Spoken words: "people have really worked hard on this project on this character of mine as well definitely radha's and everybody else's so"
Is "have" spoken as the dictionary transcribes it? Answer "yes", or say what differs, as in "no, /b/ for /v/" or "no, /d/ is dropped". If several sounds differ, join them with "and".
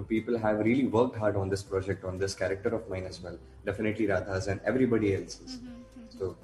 yes